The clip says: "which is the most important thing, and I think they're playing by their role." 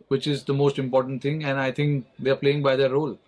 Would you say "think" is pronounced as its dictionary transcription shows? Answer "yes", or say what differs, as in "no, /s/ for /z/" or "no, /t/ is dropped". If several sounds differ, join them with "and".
no, /t/ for /θ/